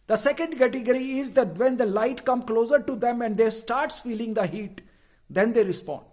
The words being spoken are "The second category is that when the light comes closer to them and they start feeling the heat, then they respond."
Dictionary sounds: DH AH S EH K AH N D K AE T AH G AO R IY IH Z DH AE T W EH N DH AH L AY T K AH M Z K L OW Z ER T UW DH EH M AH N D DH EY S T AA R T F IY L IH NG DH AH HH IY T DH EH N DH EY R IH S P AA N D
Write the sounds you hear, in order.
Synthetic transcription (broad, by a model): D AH S EH K AH N D K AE T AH G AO R IY IH Z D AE T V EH N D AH L AY T K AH M K L OW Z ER T UW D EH M AH N D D EY S T AA R T F IY L IH NG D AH HH IY T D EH N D EY R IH S P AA N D